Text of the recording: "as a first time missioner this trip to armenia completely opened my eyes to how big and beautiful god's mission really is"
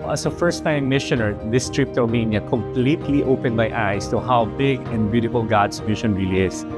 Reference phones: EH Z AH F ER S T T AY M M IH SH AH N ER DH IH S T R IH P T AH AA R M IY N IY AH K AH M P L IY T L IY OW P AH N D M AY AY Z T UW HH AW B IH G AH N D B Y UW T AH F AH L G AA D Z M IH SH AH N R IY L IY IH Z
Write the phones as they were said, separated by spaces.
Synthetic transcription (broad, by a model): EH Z AH F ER S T T AY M M IH SH AH N ER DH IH S T R IH P T AH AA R M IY N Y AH K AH M P L IY T L IY OW P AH N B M AY AY S T UW HH AW B IH G AH N D B Y UW T AH F AH L G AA D S M IH SH AH N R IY L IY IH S